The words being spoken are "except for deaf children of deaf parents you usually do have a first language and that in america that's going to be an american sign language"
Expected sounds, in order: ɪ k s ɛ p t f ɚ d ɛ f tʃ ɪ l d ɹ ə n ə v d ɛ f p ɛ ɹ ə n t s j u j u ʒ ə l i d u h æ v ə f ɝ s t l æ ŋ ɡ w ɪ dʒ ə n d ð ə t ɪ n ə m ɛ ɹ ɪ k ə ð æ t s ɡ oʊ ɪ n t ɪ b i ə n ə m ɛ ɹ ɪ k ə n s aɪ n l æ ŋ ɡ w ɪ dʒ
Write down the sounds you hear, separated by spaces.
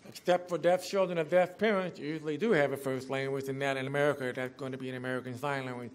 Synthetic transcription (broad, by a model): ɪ k s ɛ p t f ɚ d ɛ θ tʃ ɪ l d ɹ ə n ə v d ɛ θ p ɛ ɹ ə n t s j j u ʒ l i d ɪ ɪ v ə f ɝ s t l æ ŋ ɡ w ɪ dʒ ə n ð ə t ɪ n ə m ɛ ɹ ɪ k ə ð æ t s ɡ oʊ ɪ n t ɪ b i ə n ə m ɛ ɹ ɪ k ə n s aɪ n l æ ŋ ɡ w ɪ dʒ